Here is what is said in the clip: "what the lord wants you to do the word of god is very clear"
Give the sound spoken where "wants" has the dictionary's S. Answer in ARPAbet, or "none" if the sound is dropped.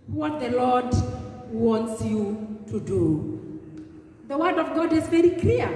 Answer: S